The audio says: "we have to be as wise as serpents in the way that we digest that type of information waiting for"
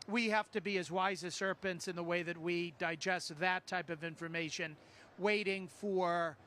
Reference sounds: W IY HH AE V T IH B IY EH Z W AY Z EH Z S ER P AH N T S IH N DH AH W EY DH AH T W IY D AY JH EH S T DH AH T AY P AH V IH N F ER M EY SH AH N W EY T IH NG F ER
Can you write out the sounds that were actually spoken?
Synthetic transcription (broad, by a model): W IY HH AE F T IH B IY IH Z W AY Z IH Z S ER P AH N T S IH N DH AH W EY DH AH T W IY D AY JH EH S T DH AH T AY P AH V IH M F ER M EY SH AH N W EY T IH NG F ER